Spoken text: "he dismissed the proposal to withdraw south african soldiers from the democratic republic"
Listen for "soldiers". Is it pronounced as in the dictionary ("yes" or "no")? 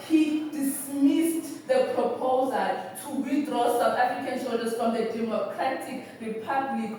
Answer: no